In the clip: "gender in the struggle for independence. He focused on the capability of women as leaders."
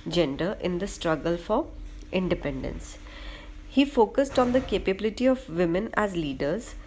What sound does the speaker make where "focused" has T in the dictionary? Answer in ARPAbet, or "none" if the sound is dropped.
T